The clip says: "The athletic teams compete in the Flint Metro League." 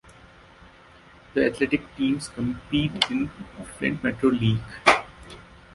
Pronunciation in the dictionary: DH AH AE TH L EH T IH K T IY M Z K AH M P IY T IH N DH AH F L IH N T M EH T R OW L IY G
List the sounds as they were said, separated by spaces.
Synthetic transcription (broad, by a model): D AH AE T L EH T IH K T IY M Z K AH M P IY T IH N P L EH N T M EH T R OW L IY G